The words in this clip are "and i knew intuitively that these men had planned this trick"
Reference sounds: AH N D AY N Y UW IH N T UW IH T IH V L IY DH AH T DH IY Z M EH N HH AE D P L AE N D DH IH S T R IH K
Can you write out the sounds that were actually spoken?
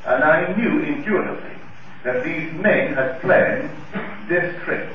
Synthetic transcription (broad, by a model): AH N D AY N Y UW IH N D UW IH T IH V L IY DH AH T DH IY Z M EH N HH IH D P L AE N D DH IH S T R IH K